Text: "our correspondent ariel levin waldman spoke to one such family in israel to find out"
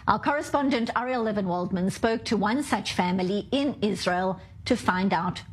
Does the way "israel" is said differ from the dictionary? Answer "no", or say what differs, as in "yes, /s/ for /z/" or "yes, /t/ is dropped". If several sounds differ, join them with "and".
no